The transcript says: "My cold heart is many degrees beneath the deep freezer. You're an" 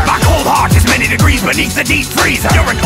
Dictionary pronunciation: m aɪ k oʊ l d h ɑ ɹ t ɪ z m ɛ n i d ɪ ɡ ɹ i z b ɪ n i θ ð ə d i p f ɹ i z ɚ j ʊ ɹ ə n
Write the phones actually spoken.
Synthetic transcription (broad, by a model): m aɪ k oʊ l d h ɑ ɹ t ɪ z m ɛ n i d ɪ ɡ ɹ i z b ɪ n i θ ð ə d i p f ɹ i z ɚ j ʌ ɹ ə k